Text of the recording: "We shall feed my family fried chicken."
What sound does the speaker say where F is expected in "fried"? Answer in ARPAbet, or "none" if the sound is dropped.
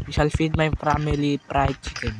P